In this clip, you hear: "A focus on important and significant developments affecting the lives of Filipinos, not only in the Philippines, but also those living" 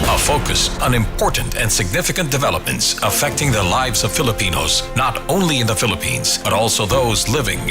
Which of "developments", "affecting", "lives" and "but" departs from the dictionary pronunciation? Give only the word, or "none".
none